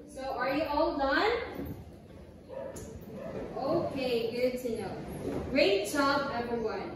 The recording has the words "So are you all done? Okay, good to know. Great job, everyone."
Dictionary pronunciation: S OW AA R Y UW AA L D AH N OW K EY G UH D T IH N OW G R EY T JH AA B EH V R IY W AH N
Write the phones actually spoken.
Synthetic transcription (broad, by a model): S OW AA R Y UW AA L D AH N OW K EY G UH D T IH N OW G R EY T CH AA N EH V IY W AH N